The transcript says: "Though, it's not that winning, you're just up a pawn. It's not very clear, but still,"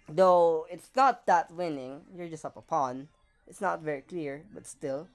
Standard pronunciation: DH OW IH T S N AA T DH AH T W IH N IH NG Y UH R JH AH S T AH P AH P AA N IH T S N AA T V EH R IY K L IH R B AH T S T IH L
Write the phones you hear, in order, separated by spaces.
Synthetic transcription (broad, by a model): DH OW IH T S N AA T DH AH T W IH N IH NG Y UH R JH AH S T AH P AH P AA N IH T S N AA T V EH R IY K L IH R B AH T S T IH L